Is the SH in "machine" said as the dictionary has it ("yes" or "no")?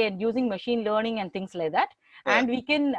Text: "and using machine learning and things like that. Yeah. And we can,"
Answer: yes